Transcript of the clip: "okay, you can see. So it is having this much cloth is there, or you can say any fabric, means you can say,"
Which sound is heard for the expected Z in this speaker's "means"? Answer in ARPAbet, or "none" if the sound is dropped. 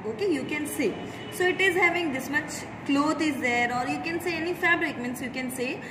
S